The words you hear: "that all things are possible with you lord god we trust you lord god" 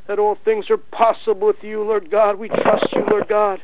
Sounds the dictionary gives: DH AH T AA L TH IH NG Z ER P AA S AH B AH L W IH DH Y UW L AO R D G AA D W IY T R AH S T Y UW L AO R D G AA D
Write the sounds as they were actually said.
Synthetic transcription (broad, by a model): DH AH T AA L TH IH NG Z ER P AA S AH B L W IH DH Y UW L AO R D G AA D W IY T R AH S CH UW L AO R D G AA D